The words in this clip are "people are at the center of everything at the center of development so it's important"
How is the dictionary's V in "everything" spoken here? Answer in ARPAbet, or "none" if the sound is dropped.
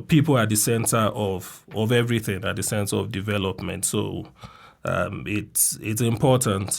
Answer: V